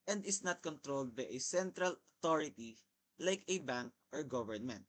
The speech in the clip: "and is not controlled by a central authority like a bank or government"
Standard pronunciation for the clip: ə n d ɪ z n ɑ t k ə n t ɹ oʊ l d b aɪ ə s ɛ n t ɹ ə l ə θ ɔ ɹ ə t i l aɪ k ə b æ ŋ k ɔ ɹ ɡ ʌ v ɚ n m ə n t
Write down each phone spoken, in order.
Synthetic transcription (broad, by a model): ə n d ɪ s n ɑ t k ə n t ɹ oʊ l d b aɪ ə s ɛ n t ɹ ə l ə t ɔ ɹ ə t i l aɪ k ə b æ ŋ k ɔ ɹ ɡ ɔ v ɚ n m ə n t